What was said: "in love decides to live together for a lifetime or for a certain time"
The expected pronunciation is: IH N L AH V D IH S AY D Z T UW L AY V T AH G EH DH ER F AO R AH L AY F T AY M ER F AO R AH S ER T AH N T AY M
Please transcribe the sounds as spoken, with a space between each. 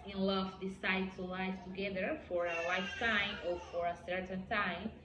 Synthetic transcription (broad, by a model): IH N L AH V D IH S AY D T UW L AY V T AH G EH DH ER F AO R AH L AY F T AY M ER F AO R AH S ER T AH N T AY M